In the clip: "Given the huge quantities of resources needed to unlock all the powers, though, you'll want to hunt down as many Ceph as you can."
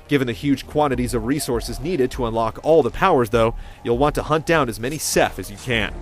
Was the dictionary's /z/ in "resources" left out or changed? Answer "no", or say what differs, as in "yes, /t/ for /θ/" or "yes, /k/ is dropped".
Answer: no